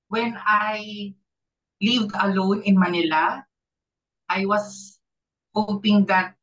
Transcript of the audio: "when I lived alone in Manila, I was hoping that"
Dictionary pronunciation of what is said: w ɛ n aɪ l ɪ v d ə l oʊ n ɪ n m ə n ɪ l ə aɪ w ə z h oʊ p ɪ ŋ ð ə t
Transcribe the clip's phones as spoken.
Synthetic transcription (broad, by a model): w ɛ n aɪ l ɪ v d ə l oʊ n ɪ n m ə n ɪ l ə aɪ w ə s h oʊ p ɪ ŋ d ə t